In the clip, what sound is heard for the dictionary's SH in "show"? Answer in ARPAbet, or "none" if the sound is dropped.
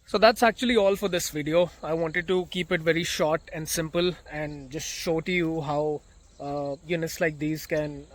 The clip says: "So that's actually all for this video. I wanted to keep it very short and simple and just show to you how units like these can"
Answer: SH